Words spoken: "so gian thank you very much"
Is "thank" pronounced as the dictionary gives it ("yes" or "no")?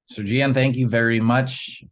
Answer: yes